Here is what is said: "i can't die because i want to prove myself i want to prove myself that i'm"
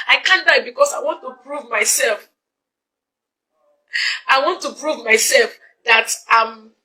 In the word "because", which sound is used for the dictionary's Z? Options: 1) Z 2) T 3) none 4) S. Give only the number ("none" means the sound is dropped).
4